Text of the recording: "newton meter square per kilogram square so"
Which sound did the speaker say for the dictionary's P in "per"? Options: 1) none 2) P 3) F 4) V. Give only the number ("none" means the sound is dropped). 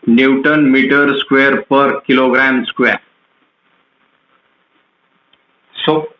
2